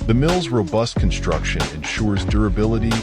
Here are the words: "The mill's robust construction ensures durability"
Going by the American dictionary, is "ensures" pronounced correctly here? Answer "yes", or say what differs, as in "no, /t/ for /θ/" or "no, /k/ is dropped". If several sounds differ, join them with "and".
yes